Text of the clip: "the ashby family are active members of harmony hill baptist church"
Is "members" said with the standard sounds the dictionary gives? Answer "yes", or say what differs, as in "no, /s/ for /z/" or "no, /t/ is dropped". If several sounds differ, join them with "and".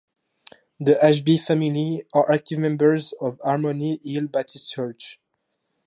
yes